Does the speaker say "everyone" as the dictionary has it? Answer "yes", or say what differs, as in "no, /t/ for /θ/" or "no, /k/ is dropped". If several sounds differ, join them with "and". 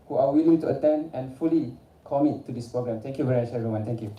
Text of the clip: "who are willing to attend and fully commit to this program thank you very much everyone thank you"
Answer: no, /v/ is dropped